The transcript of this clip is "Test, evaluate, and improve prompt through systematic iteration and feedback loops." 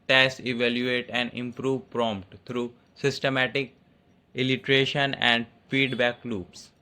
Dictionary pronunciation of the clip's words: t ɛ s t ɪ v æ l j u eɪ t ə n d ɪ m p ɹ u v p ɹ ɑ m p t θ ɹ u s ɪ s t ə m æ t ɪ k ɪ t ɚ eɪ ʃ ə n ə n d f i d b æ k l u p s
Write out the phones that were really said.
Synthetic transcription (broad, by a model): t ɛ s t ɪ v æ l j u eɪ t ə n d ɪ m p ɹ u v p ɹ ɑ m p t t ɹ u s ɪ s t ə m æ t ɪ k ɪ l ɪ eɪ ʃ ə n ə n d f i d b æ k l u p s